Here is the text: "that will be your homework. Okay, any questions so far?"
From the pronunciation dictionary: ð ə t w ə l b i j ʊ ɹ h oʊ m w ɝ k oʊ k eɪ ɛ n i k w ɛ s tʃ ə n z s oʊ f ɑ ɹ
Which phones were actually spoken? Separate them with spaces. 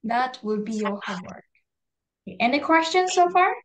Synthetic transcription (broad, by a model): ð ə t w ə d b i j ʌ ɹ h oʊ w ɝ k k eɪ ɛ n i k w ɛ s tʃ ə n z s oʊ f ɑ ɹ